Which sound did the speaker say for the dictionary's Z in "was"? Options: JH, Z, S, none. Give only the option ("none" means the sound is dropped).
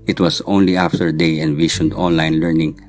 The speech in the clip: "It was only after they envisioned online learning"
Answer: S